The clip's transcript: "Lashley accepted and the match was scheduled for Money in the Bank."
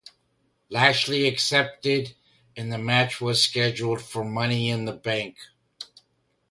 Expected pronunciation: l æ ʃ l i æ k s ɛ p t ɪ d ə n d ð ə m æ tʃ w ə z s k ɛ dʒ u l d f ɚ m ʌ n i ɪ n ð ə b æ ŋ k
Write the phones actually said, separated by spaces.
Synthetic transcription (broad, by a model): l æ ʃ l i æ k s ɛ p t ɪ d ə n ð ə m æ tʃ w ə z s k ɛ dʒ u l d f ɚ m ʌ n i ɪ n ð ə b æ ŋ k